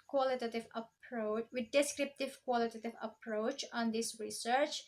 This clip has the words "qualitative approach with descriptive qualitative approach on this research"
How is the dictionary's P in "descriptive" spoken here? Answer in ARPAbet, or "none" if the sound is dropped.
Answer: P